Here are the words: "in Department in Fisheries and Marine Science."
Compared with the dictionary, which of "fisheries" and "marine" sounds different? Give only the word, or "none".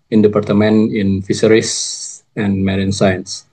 fisheries